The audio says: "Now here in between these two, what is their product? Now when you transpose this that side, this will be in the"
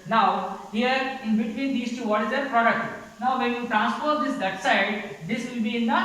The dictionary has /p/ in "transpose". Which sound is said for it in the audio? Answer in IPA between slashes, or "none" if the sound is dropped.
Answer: /f/